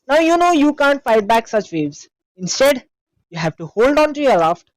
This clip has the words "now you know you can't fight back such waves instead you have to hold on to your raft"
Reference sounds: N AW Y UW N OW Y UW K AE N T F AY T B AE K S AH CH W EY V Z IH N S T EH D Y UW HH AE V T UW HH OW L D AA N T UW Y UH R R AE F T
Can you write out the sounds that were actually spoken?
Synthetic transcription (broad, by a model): N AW Y UW N OW Y UW K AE N T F AY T B AE K S AH CH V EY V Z IH N S T EH D Y UW HH AE V T UW HH OW L D AA N T UW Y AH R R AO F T